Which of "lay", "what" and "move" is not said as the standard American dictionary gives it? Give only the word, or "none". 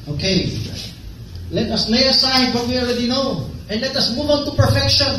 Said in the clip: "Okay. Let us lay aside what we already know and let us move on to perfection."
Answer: lay